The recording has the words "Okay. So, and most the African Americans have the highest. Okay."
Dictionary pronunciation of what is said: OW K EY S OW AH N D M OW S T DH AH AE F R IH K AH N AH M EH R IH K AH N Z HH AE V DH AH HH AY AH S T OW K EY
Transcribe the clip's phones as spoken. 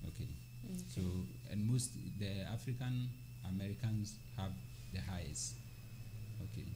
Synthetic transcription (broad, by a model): OW K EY S OW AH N M OW S T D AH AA F R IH K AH N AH M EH R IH K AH N S HH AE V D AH HH AY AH S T OW K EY